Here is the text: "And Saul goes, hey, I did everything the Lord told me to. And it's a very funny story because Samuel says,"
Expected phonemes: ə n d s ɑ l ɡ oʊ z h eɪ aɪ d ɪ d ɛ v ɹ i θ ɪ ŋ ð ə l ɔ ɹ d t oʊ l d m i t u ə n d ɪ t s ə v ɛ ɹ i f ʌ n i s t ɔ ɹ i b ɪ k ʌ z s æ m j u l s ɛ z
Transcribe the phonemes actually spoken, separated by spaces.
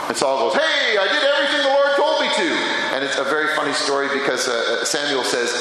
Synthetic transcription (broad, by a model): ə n s ɑ l ɡ oʊ z h eɪ aɪ d ɪ d ɛ v ɹ i θ ɪ ŋ ð ə w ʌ ɹ d t oʊ l d m i t u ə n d ɪ t s ə v ɛ ɹ i f ʌ n i s t ɔ ɹ i b ɪ k ʌ z s æ m j u l s ɛ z